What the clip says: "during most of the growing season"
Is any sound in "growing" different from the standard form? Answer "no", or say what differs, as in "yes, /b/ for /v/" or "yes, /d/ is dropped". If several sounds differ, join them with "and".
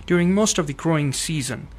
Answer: no